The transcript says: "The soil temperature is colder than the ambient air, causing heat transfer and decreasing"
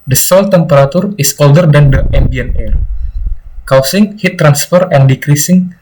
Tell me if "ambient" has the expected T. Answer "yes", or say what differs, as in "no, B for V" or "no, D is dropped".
no, T is dropped